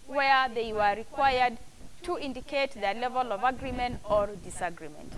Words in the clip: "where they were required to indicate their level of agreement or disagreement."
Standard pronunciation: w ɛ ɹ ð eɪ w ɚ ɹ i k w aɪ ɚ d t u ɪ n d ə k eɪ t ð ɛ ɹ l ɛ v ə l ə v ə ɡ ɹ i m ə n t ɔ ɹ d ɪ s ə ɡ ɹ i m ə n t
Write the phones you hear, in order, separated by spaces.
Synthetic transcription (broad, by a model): w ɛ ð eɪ w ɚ ɹ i k w aɪ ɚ d t u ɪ n d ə k eɪ t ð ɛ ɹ l ɛ v ə l ə v ə ɡ ɹ i m ə n t ɔ ɹ d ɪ s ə ɡ ɹ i m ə n t